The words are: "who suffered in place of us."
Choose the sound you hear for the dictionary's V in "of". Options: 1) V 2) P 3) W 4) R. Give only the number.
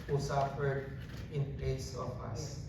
2